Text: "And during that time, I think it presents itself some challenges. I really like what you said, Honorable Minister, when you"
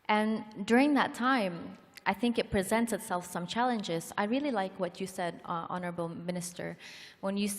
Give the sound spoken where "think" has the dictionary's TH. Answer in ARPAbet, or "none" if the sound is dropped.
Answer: TH